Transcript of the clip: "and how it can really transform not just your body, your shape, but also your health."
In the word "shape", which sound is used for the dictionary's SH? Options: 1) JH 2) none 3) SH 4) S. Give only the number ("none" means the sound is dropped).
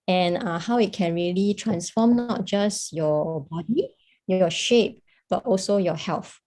3